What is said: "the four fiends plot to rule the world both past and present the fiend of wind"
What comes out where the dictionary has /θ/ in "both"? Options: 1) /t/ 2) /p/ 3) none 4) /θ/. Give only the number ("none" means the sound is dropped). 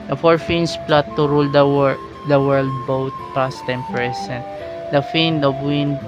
1